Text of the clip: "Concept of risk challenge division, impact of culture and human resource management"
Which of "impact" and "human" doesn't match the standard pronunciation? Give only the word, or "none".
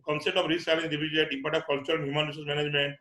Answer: impact